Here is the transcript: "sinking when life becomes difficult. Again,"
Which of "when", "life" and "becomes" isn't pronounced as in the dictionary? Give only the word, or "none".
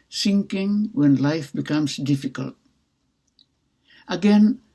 becomes